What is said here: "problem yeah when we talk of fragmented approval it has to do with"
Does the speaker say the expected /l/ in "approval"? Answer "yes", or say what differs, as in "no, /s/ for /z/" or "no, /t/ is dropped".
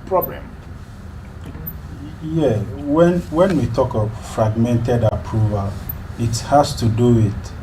yes